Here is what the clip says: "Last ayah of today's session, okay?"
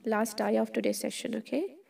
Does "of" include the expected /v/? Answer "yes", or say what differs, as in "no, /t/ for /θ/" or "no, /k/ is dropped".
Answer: no, /f/ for /v/